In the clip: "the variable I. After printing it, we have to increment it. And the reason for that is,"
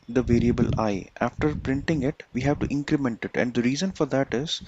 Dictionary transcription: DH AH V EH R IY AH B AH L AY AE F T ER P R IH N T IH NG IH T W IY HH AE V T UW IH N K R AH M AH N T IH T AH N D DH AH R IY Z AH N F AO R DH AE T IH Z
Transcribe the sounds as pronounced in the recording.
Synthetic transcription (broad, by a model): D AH V EH R IY AH B AH L AY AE F T ER P R IH N T IH NG IH T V IY HH AE V T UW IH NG K R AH M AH N T IH T AH N D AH R IY Z AH N F AO R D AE T IH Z